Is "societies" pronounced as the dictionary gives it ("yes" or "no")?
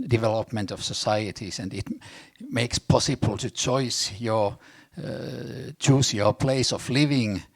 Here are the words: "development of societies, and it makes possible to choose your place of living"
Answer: no